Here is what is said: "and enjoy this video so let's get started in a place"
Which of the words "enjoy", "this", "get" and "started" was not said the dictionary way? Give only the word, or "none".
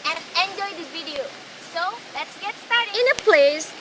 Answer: this